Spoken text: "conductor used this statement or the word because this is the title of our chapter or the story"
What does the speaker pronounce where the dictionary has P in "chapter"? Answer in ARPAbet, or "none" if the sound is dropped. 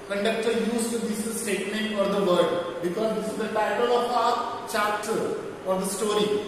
none